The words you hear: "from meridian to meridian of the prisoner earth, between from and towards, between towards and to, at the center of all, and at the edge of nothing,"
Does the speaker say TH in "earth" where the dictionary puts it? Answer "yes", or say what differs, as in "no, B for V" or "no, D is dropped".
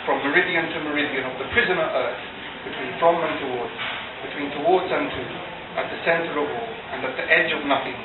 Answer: yes